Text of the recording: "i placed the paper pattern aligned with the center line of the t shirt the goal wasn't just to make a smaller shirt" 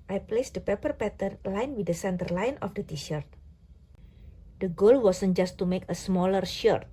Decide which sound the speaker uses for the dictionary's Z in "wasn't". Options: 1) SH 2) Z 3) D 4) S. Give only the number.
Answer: 4